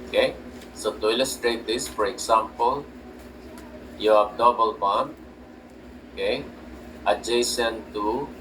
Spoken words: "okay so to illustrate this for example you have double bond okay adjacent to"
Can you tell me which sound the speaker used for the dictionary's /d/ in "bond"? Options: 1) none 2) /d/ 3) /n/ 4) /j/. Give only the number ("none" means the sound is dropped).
1